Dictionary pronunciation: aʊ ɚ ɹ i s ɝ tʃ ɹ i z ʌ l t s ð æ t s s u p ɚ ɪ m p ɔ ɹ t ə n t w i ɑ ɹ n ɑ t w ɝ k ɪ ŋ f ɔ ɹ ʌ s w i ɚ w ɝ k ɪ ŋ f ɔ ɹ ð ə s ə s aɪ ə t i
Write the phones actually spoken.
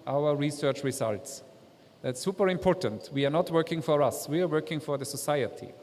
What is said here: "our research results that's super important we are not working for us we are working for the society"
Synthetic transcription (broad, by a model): aʊ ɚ ɹ i s ɝ tʃ ɹ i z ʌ l t s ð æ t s s u p ɚ ɪ m p ɔ ɹ t ə n t w i ɑ ɹ n ɑ t w ɝ k ɪ ŋ f ɔ ɹ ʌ s w i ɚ w ɝ k ɪ ŋ f ɔ ɹ ð ə s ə s aɪ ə t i